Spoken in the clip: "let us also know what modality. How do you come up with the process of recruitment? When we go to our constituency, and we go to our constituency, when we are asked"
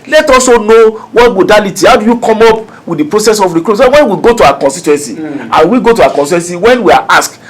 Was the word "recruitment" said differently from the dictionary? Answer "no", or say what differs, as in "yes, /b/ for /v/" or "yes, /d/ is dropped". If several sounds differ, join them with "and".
yes, /m/ is dropped